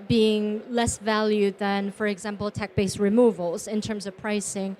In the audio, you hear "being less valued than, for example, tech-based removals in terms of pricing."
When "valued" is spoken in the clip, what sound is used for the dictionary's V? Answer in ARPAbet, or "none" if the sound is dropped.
V